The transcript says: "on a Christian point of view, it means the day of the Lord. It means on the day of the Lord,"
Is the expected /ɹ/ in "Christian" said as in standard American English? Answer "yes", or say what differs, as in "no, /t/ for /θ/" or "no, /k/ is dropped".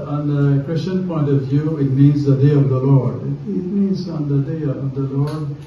no, /w/ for /ɹ/